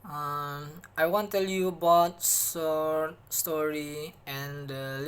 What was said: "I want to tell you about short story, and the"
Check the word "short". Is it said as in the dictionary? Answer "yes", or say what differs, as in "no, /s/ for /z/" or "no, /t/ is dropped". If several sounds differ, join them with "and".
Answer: no, /s/ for /ʃ/